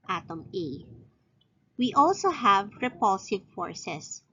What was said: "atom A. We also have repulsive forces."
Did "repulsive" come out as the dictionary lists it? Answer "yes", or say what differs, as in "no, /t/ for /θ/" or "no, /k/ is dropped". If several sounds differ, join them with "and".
yes